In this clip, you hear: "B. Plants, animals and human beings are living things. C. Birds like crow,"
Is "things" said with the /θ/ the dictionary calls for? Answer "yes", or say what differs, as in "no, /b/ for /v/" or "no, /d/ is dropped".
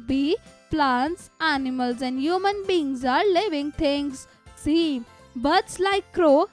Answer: no, /t/ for /θ/